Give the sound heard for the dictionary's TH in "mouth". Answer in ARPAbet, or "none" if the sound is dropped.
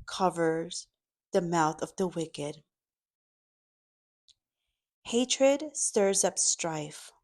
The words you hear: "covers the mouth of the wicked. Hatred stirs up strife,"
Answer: TH